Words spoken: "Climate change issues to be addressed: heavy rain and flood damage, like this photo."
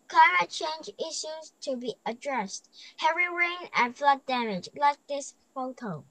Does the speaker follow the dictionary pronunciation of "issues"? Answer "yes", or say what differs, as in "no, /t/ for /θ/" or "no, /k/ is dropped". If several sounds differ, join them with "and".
yes